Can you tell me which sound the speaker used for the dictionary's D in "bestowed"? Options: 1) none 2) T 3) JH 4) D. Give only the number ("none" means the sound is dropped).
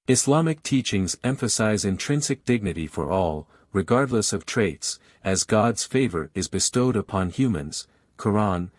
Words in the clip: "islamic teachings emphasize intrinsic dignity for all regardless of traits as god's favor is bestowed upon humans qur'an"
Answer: 4